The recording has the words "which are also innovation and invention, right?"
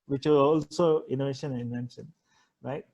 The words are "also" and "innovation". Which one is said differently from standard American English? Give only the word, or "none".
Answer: none